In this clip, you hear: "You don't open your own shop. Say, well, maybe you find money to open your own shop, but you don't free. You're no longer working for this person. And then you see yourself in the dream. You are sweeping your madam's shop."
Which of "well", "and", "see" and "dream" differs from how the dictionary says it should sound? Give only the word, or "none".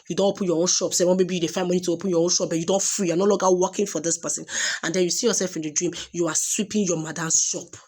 well